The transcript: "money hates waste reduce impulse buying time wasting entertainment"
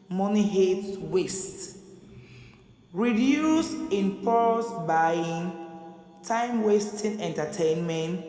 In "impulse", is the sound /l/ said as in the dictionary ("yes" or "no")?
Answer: no